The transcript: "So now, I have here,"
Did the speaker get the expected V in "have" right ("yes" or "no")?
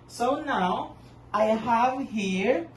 yes